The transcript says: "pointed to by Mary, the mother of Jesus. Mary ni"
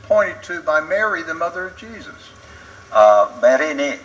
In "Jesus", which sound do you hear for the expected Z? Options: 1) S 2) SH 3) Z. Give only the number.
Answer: 3